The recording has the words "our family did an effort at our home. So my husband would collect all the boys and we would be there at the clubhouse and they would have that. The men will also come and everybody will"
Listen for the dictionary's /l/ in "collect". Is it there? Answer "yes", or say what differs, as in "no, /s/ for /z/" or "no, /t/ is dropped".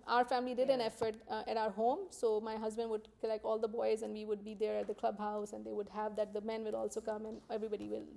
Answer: no, /l/ is dropped